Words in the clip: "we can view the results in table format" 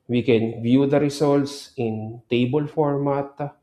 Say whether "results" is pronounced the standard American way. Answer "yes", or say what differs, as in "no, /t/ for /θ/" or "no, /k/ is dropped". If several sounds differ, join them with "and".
no, /s/ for /z/